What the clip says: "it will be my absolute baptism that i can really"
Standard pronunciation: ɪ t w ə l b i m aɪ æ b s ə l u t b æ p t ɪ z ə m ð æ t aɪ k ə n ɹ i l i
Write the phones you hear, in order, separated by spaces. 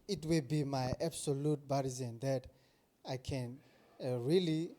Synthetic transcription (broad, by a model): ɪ t w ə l b i m aɪ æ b s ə l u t b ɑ t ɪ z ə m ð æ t aɪ k ə n ɹ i l i